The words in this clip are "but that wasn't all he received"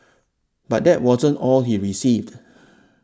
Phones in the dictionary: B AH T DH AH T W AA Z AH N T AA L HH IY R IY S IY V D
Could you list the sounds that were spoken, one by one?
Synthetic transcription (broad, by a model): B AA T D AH T W AA Z AH N T AA L HH IY R IY S IY V D